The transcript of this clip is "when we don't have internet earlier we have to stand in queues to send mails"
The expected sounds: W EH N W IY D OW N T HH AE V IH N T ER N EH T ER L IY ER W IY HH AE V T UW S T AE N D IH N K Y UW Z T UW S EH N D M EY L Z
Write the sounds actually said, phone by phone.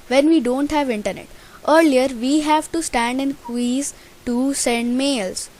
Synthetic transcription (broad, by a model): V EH N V IY D OW N T HH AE V IH N T ER N EH T ER L IY ER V IY HH AE V T UW S T AE N D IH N K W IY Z T UW S EH N D M EY L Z